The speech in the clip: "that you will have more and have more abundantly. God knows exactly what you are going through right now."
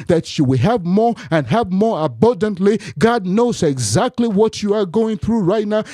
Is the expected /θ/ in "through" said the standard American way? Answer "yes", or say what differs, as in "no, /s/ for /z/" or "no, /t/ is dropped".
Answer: yes